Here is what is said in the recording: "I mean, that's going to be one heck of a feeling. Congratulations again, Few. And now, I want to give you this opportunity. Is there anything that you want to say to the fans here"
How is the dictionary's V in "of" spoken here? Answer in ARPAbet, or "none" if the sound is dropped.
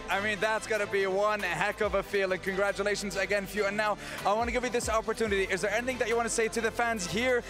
V